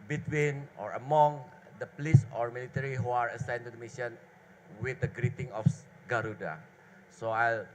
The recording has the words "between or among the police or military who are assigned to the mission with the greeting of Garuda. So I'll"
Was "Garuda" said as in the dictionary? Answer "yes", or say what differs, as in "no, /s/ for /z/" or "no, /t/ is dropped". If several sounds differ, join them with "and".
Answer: yes